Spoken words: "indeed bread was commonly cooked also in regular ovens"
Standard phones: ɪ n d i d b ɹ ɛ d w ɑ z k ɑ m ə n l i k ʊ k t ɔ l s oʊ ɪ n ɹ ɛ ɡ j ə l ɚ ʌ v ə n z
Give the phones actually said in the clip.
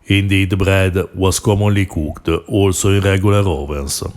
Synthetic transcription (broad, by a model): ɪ n d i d b ɹ ɛ d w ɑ s k ɑ m ə n l i k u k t ɔ l s oʊ ɪ n ɹ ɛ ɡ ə l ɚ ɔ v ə n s